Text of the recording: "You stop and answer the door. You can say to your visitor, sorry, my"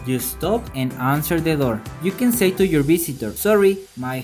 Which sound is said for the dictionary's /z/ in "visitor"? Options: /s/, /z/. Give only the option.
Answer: /s/